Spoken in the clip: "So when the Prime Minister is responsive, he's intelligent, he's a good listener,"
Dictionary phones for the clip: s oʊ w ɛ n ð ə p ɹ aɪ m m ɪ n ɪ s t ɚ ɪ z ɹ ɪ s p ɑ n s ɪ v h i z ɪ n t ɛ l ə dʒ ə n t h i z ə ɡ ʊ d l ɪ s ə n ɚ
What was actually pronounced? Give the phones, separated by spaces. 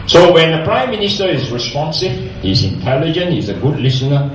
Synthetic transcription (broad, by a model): s oʊ w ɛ n ð ə p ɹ aɪ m m ɪ n ɪ s t ɚ ɪ z ɹ ɪ s p ɑ n s ɪ v h i z ɪ n t ɛ l ə dʒ ə n t h i z ə ɡ ʊ d l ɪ s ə n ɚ